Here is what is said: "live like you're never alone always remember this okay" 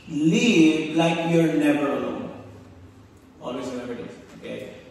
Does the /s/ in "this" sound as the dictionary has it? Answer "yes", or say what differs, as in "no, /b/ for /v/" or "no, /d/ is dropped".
no, /s/ is dropped